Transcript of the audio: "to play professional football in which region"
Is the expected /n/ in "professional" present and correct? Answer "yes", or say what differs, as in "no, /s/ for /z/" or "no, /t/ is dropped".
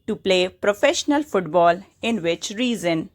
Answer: yes